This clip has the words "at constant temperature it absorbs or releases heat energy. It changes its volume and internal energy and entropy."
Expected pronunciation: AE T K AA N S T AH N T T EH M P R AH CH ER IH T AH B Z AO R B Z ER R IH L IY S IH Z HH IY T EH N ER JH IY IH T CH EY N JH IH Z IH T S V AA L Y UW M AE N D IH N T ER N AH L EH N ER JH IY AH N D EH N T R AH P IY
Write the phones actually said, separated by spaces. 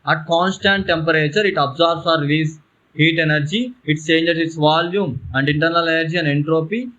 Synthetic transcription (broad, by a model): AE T K AA N S T AH N T T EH M P R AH CH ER IH T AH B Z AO R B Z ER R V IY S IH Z HH IY T EH N ER JH IY IH T S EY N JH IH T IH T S V AA L Y UW M AE N D IH N T ER N AH L EH N ER JH IY AH N D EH N T R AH P IY